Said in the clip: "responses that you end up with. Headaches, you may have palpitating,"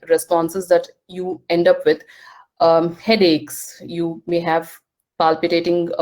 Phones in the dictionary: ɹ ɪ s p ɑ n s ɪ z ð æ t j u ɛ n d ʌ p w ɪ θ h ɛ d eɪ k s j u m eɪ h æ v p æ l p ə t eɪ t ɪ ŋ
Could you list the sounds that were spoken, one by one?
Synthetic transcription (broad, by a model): ɹ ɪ s p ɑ n s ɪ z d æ t j u ɛ n d ʌ p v ɪ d h ɛ d eɪ k s j u m eɪ h æ v p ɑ l p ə t eɪ t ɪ ŋ